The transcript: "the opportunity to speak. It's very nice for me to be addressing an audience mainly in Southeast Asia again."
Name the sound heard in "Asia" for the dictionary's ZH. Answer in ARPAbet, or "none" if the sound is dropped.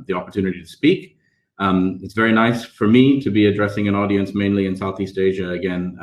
ZH